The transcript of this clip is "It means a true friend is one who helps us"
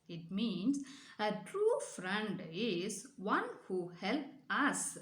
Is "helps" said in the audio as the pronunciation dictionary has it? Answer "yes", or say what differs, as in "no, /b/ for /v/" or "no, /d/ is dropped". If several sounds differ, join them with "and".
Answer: no, /s/ is dropped